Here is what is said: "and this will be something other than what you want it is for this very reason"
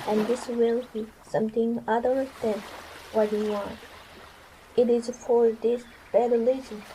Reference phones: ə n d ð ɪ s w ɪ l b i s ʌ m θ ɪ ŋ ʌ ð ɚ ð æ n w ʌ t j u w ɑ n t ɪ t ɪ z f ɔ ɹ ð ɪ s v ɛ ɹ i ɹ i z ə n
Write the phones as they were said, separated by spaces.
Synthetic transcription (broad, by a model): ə n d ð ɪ s w ɪ l b i s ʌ m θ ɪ ŋ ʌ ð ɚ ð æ n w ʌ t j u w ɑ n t ɪ t ɪ z f ɔ ɹ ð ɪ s b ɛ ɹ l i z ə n